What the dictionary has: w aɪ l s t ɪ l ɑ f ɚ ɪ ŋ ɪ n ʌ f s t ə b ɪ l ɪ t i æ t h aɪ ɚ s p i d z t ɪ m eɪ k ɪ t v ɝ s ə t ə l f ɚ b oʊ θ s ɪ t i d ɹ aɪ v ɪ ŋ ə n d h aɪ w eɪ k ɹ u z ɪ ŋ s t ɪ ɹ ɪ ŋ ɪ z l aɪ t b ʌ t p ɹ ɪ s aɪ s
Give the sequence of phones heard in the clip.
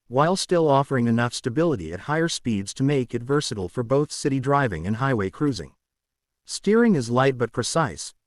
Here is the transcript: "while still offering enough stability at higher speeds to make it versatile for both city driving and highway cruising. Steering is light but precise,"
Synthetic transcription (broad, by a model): w aɪ l s t ɪ l ɑ f ɚ ɪ ŋ ɪ n ʌ f s t ə b ɪ l ɪ t i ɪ t h aɪ ɚ s p i d z t ɪ m eɪ k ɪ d v ɝ s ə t l f ɚ b oʊ θ s ɪ t i d ɹ aɪ v ɪ ŋ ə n h aɪ w eɪ k ɹ u z ɪ ŋ s t ɪ ɹ ɪ ŋ ɪ z l aɪ t b ʌ t p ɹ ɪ s aɪ s